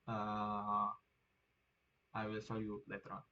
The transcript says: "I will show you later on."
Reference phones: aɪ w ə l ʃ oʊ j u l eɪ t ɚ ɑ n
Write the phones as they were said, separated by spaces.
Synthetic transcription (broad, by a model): aɪ w ə l s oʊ j u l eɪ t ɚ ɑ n